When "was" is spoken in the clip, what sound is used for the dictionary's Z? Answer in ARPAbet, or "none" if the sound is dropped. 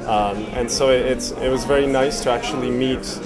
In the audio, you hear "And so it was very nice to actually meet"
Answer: Z